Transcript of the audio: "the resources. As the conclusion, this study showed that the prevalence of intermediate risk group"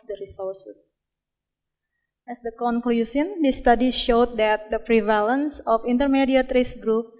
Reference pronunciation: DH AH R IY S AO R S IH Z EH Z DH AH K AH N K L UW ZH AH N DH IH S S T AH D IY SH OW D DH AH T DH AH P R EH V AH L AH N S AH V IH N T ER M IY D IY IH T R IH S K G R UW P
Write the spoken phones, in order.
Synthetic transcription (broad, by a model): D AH R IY S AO R S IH S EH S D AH K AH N K L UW S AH N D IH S S T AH D IY SH OW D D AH T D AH P R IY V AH L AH N S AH F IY N T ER M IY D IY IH T R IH S G R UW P